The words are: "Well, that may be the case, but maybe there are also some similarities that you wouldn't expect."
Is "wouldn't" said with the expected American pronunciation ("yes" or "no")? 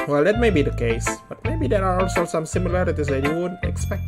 no